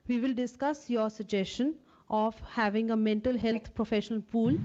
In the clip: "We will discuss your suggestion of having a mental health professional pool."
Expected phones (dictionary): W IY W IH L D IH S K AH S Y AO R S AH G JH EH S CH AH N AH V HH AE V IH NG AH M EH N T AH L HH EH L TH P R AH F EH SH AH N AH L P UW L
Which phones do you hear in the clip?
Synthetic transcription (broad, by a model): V IY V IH L D IH S K AH S Y AO R S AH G JH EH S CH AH N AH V HH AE V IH NG AH M EH N T AH L HH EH L T P R AH F EH SH AH N AH L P UW L